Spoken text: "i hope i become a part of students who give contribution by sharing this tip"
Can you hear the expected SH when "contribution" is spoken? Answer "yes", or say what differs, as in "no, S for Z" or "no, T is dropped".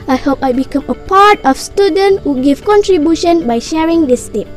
yes